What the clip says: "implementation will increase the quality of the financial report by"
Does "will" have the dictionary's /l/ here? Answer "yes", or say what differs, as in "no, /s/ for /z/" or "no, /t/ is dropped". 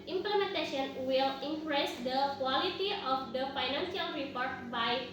yes